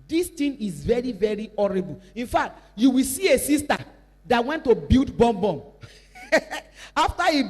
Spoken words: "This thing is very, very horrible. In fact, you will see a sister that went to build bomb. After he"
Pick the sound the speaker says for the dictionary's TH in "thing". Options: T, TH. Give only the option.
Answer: T